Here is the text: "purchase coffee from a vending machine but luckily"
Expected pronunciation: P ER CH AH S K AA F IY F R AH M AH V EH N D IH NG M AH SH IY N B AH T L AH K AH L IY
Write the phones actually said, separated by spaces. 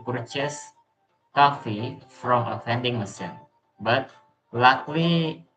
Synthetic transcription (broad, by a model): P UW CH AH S K AA F IY F R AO M AH F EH N D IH NG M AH S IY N B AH T L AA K L IY